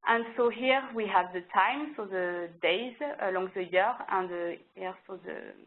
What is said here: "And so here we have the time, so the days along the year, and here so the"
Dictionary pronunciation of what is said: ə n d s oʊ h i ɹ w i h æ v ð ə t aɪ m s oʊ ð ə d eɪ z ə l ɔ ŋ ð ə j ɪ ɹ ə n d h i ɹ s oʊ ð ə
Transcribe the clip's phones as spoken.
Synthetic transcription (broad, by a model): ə n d s oʊ h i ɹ w i h æ v ð ə t aɪ m s oʊ ð ə d eɪ z ə l ɔ ŋ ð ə j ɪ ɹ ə n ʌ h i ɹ s oʊ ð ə